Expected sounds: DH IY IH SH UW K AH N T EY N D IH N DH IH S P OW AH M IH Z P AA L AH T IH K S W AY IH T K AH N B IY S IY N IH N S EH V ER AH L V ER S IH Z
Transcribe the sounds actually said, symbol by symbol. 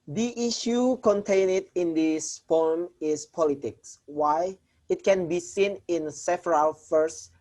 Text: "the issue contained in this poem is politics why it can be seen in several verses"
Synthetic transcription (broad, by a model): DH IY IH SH UW K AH N T EY N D IH N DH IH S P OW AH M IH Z P AA L AH T IH K S W AY IH T K AH N B IY S IY N IH N S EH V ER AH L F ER S